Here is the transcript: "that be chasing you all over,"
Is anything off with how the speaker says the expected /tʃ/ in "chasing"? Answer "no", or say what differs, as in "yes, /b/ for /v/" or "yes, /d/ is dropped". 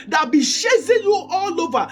yes, /ʃ/ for /tʃ/